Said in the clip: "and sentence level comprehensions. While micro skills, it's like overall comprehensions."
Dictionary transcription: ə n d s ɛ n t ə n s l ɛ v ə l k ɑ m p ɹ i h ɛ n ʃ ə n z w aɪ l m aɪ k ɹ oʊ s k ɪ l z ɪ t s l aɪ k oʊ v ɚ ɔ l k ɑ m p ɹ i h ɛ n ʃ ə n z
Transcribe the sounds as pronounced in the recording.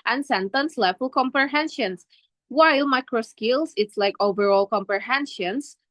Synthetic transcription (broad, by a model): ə n s ɛ n t ə n s l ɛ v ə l k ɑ m p ɹ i h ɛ n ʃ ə n s w aɪ l m aɪ k ɹ oʊ s k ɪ l s ɪ t s l aɪ k oʊ v ɚ ɔ l k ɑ m p ɹ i h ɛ n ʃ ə n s